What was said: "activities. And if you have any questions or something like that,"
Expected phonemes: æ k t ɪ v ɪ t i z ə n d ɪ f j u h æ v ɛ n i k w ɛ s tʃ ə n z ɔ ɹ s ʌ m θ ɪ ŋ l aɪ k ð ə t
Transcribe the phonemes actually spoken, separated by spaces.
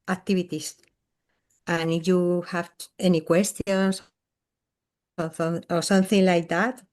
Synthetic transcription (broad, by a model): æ k t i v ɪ t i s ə n ɪ f j u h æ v ɛ n i k w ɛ s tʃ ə n s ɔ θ s ʌ m θ ɪ ŋ l aɪ k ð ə t